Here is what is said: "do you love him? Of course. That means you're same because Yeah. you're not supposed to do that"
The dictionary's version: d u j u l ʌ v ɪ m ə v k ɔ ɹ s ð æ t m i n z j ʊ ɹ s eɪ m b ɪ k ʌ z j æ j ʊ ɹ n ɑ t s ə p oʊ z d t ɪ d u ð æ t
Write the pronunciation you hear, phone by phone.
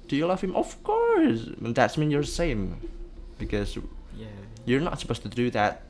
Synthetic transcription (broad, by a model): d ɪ j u l ʌ v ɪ m ə v k ɔ ɹ s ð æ t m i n j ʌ ɹ s eɪ m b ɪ k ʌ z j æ j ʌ ɹ n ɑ t s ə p oʊ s t ɪ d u ð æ t